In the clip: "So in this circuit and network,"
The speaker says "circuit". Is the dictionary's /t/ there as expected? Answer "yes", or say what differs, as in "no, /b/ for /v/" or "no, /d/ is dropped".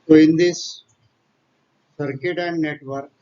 yes